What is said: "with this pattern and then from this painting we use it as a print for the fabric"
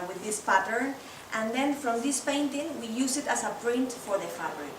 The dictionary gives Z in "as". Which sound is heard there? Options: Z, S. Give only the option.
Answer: S